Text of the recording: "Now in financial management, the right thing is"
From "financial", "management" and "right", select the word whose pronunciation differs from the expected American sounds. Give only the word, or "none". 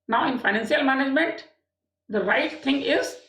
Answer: financial